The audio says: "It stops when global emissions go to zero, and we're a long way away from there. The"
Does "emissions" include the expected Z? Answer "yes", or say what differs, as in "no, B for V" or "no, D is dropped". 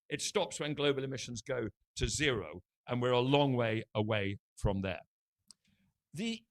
yes